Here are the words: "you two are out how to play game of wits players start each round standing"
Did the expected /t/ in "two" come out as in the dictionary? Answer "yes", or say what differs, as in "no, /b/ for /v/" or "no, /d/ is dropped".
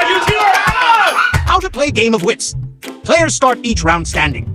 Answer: no, /s/ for /t/